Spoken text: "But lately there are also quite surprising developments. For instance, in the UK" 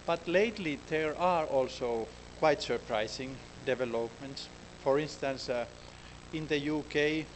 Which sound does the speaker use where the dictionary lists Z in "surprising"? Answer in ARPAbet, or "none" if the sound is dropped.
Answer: S